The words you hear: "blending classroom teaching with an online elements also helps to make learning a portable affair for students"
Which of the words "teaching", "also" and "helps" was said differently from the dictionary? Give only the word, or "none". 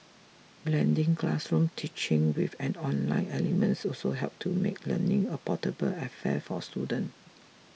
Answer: helps